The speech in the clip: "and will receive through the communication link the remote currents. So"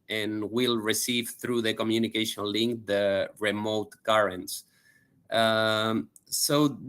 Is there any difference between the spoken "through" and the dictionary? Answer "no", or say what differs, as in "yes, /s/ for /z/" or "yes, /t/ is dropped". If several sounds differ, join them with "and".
no